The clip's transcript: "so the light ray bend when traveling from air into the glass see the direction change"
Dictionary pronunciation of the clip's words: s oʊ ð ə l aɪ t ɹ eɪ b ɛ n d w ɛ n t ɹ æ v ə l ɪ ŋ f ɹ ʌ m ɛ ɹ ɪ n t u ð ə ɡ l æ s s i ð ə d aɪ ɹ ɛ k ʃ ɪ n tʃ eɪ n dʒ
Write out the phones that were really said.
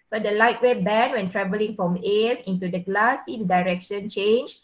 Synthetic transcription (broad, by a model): s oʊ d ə l aɪ t w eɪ b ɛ n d w ɛ n t ɹ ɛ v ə l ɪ ŋ f ɹ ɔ m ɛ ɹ ɪ n t u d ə ɡ l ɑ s s i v d aɪ ɹ ɛ k ʃ ɪ n tʃ eɪ n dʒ